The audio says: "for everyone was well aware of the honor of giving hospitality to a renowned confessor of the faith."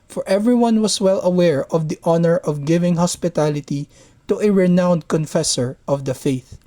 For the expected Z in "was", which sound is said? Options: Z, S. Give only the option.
S